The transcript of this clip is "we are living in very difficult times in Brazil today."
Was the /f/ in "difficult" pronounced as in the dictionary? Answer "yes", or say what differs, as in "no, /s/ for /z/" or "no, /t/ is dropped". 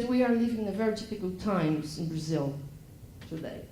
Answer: no, /p/ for /f/